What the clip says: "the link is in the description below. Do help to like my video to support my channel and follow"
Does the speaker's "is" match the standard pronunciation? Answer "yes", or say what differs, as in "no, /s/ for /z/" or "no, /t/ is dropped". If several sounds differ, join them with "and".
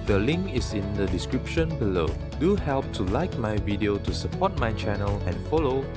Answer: no, /s/ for /z/